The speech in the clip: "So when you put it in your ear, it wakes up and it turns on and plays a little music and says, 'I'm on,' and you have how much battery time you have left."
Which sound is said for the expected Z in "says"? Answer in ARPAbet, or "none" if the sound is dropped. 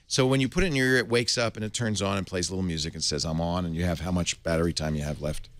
Z